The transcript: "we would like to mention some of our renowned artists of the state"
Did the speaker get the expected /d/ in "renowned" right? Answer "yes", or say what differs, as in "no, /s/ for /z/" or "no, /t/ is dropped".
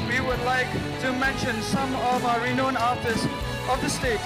no, /d/ is dropped